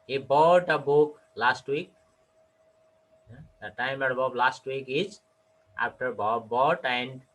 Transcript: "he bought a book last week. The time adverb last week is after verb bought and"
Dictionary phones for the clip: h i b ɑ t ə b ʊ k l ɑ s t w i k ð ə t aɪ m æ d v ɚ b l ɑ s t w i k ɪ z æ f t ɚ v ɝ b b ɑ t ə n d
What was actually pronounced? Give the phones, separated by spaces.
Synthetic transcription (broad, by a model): h i b ɑ t ə b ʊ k l ɑ s t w i k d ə t aɪ m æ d b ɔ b l ɑ s t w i k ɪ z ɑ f t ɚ b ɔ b b ɑ t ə n d